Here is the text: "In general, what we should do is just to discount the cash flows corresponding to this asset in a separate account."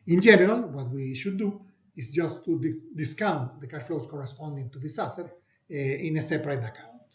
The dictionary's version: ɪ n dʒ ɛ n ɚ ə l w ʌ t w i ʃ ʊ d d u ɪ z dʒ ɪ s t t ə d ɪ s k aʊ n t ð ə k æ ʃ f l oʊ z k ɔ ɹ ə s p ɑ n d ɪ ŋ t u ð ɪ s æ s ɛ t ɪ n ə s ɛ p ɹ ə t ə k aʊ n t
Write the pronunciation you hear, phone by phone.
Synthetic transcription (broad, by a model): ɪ n dʒ ɛ n ɚ ə l w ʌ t w i ʃ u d d u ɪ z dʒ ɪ s t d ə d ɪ s k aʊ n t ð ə k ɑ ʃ f l oʊ s k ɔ ɹ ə s p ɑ n d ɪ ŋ t u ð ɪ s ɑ s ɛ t ɪ n ə s ɛ p ɹ ə t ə k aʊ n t